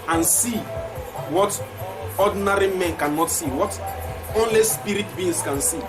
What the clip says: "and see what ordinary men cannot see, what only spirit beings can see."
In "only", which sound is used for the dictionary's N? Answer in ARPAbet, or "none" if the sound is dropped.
N